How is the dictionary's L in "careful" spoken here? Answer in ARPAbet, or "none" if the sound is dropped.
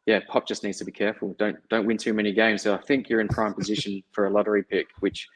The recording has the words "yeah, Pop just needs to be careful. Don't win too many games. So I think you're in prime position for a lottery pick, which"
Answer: N